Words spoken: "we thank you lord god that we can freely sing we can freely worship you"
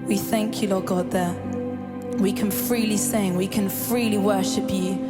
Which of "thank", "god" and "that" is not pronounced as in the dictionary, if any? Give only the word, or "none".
none